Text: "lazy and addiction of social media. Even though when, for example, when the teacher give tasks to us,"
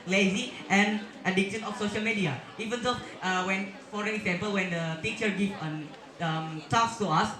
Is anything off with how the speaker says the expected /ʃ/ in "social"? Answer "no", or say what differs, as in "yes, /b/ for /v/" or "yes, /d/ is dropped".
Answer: no